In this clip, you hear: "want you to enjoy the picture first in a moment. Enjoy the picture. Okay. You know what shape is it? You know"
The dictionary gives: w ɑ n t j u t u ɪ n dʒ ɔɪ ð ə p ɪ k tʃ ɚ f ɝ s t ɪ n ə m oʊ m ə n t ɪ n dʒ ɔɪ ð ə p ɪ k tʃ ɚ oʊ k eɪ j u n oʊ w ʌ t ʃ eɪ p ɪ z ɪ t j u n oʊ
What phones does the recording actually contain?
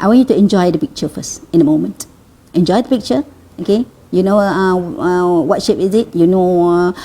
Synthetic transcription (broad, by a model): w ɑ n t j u t u ɪ n dʒ ɔɪ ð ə p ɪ k tʃ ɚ f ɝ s ɪ n ə m oʊ m ə n t ɪ n dʒ ɔɪ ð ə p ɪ k tʃ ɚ oʊ k eɪ j u n oʊ w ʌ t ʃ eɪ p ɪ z ɪ t j u n oʊ